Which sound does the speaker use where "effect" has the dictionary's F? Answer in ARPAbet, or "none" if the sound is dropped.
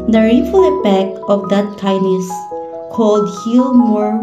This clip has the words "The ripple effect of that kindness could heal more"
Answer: P